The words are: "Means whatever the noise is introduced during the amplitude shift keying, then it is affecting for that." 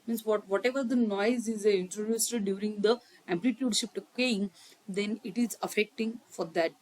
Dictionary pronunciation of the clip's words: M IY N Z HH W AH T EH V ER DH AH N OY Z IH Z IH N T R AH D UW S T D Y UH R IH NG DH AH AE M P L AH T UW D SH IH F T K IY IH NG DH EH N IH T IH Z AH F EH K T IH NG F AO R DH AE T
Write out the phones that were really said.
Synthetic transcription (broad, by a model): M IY N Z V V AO T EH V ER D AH N OY Z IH Z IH N T R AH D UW S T D Y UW R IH NG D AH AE M P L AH T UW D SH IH P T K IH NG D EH N IH T IH Z AH F EH K T IH NG F AO R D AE T